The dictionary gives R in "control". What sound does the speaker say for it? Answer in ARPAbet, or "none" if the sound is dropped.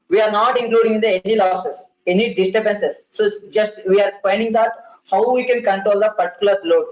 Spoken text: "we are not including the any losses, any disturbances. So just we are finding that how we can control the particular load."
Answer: R